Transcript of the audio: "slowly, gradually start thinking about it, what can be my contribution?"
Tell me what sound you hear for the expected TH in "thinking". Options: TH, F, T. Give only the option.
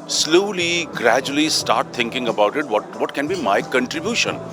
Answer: T